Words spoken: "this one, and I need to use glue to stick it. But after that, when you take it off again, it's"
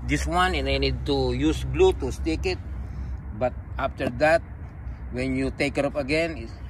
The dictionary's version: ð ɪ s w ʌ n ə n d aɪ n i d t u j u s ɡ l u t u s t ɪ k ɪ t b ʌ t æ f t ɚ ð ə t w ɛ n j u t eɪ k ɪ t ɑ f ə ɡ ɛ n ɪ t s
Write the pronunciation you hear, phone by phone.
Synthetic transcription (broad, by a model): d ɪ s w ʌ n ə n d aɪ n i d t u j u s ɡ l u t u s t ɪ k ɪ t b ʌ t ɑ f t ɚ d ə t w ɛ n j u t eɪ k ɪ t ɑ p ə ɡ ɛ n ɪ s